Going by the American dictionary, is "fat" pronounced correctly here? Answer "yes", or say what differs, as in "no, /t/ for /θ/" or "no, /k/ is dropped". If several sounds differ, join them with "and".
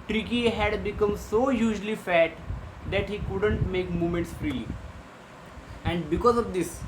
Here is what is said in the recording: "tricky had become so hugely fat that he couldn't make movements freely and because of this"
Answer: yes